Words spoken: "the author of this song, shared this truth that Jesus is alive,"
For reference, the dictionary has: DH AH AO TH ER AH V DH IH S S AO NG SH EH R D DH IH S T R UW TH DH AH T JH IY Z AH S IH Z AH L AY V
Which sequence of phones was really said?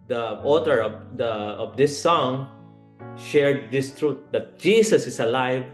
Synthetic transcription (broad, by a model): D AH AO T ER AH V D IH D S AO NG SH EH R D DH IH S T R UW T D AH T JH IY S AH S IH S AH L AY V